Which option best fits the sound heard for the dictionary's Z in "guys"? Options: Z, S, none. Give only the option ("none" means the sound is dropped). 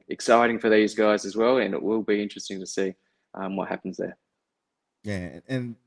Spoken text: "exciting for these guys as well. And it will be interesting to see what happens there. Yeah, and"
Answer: Z